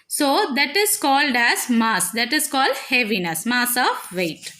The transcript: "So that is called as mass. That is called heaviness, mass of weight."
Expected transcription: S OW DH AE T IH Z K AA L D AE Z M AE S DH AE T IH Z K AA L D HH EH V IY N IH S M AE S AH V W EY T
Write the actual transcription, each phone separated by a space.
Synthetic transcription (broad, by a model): S OW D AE T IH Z K AA L D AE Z M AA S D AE T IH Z K AA L D HH EH V IY N IH S M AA S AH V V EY T